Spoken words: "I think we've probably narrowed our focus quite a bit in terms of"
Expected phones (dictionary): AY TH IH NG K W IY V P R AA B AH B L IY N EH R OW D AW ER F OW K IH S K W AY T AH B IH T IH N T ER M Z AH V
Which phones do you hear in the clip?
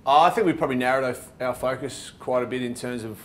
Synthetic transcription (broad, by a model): AY TH IH NG K W IY P R AA B AH B L IY N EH R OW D AW ER F OW K IH S K W AY T AH B IH T IH N T ER M Z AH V